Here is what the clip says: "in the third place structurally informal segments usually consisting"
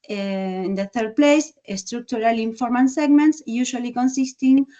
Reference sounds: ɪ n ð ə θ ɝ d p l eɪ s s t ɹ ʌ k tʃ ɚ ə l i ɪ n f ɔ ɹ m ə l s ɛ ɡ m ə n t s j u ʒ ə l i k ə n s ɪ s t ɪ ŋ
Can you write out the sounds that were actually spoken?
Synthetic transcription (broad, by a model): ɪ n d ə θ ɝ d p l eɪ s s t ɹ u k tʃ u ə l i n f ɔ ɹ m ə n s ɛ ɡ m ə n t s j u ʃ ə l i k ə n s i s t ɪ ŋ